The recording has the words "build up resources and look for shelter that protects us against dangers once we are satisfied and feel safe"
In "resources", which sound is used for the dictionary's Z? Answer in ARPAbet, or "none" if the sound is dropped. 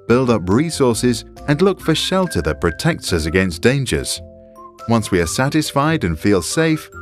Z